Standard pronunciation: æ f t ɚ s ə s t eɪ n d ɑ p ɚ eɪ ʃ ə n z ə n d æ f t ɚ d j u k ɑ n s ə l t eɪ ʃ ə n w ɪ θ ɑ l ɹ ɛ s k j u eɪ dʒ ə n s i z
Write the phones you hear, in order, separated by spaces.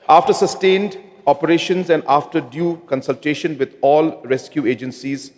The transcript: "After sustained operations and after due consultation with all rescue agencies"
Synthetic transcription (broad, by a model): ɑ f t ɚ s ə s t eɪ n d ɑ p ɚ eɪ ʃ ə n z ə n d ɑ f t ɚ d j u k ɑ n s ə l t eɪ ʃ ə n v ɪ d ɑ l ɹ ɛ s k j u eɪ dʒ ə n s i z